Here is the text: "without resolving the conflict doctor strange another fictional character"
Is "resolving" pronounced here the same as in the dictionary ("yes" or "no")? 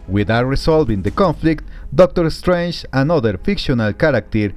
no